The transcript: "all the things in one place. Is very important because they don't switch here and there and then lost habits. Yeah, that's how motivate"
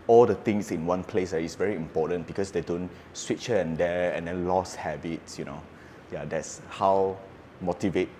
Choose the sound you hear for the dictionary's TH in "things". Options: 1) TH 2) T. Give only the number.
2